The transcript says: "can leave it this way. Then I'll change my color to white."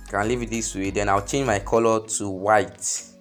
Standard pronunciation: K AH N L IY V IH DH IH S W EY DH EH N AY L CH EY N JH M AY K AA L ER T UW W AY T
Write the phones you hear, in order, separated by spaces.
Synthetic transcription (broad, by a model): K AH N L IY V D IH S W EY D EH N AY W CH EY N JH M AY K AA L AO T UW W AY T